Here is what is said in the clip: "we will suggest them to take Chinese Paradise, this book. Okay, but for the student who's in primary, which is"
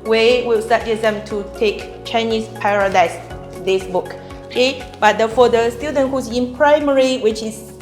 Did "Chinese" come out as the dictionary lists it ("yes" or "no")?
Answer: no